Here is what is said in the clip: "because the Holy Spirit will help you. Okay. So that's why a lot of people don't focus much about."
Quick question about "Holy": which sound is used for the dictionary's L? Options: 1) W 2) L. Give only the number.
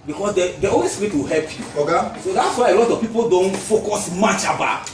1